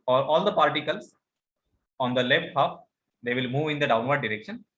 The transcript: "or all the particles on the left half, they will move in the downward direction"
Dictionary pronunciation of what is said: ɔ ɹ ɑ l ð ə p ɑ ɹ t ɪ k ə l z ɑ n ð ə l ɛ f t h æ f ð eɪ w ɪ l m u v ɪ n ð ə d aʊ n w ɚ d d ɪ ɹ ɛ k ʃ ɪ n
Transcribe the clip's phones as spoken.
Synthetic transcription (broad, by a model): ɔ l ɑ l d ə p ɑ ɹ t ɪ k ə l s ɑ n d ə l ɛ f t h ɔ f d eɪ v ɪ l m u v ɪ n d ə d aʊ n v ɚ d d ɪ ɹ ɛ k ʃ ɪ n